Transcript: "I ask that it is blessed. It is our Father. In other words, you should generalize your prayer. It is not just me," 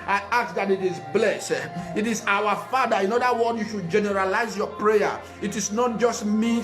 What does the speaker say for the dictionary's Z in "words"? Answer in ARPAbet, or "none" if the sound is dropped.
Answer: none